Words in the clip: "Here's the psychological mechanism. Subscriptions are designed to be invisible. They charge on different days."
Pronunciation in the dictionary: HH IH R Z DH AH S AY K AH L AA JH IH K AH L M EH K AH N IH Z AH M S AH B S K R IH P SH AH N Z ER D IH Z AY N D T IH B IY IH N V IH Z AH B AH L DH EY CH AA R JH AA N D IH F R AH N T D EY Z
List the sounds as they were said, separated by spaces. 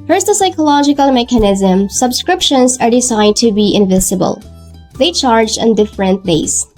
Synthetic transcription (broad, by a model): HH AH R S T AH S AY K AH L AA JH IH K AH L M EH K AH N IH Z AH M S AH B S K R IH P SH AH N Z ER D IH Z AY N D T IH B IY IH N V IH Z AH B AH L DH EY CH AA R JH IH N D IH F R AH N T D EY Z